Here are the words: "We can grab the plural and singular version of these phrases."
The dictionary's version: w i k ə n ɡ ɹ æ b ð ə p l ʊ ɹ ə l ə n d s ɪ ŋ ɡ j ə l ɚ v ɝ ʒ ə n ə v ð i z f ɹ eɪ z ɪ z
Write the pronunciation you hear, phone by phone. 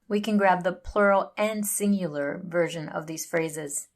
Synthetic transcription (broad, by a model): w i k ə n ɡ ɹ æ b ð ə p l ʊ ɹ l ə n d s ɪ ŋ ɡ j l ɚ v ɝ ʒ ə n ə v ð i z f ɹ eɪ z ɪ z